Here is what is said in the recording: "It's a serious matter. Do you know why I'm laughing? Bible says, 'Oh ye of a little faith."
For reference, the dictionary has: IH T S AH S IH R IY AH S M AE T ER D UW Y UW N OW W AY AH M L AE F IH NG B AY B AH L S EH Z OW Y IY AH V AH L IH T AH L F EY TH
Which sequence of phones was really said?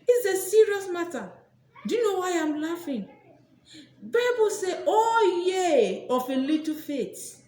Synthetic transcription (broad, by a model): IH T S AH S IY R IY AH S M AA T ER D UW Y UW N OW W AY AH M L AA F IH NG B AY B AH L S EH OW Y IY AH F AH L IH T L F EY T